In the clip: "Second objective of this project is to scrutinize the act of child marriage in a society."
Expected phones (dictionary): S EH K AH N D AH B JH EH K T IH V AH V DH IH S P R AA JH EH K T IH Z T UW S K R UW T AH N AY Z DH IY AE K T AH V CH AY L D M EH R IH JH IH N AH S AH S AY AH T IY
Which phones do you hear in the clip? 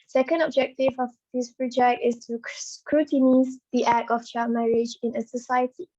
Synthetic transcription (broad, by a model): S EH K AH N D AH B JH EH K T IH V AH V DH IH S P R AA JH EH K T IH S T UW S K R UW T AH N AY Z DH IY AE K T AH F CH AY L M EH R IH JH IH N AH S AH S AY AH T IY